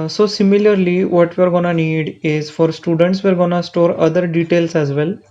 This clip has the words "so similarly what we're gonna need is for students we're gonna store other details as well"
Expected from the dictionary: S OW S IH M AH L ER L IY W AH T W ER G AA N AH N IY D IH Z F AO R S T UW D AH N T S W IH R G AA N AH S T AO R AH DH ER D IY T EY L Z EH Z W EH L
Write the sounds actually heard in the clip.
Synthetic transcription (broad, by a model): S OW S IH M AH L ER L IY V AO T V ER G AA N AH N IY D IH Z F AO R S T UW D AH N T S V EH R G AA N AH S T AO R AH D ER D IY T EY L S EH Z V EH L